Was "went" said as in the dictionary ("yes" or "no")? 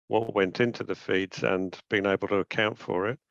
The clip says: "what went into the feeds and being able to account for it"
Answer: yes